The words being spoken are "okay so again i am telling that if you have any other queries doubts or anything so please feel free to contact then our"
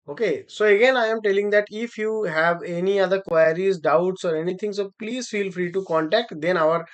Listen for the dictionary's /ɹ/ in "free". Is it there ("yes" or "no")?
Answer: yes